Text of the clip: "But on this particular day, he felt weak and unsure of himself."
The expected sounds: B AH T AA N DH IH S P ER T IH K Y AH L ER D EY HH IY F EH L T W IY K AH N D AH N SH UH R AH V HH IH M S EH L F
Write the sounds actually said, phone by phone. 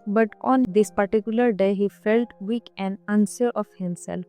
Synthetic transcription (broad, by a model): B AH T AA N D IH S P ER T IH K Y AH L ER D EY HH IY F EH L T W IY K AH N D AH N S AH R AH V HH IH M S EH L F